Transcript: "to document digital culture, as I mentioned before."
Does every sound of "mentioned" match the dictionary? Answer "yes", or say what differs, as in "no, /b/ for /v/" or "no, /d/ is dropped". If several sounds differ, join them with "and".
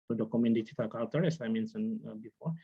no, /s/ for /ʃ/